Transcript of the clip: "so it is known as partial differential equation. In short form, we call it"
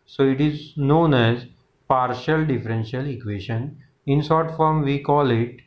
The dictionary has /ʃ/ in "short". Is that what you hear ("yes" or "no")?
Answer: no